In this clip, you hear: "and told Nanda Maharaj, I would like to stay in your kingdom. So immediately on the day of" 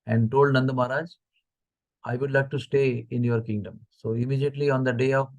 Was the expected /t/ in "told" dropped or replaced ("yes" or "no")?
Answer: no